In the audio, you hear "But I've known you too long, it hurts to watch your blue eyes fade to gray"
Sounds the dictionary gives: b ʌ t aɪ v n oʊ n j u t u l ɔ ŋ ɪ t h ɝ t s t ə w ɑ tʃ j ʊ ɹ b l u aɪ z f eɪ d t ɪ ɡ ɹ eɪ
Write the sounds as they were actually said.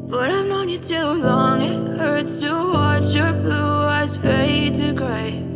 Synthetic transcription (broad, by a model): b ʌ t aɪ v n oʊ n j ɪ t u l ɔ ŋ ɪ t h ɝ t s t ə w ɑ tʃ j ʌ ɹ b l u aɪ z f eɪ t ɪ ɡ ɹ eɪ